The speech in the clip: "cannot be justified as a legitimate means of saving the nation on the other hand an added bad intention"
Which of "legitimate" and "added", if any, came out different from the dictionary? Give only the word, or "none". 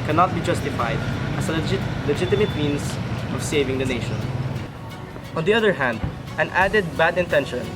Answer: none